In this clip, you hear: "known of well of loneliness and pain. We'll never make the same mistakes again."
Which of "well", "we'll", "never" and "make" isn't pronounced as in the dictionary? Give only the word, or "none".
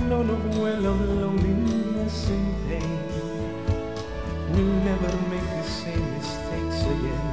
we'll